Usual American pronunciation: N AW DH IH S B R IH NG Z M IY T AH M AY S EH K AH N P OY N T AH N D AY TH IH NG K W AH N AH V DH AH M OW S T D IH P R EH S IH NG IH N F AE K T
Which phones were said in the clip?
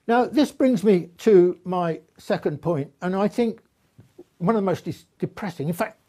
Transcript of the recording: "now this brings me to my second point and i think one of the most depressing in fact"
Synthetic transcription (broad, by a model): N AW DH IH S B R IH NG Z M IY T AH M AY S EH K AH N P OY N T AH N AY TH IH NG K W AH N AH V DH AH M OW S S D IH P R EH S IH NG IH N F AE K T